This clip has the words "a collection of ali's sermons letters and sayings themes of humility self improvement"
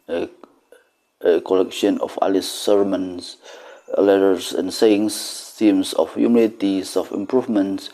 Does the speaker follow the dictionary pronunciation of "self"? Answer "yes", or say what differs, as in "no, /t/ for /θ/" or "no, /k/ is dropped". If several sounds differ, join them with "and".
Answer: no, /l/ is dropped